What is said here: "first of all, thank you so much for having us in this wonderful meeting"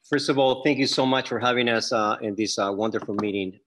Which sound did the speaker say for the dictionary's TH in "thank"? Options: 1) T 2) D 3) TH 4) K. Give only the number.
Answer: 3